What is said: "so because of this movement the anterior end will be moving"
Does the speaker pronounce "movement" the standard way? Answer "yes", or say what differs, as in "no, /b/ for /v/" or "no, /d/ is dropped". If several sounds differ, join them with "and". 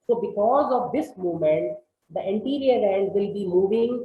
no, /v/ is dropped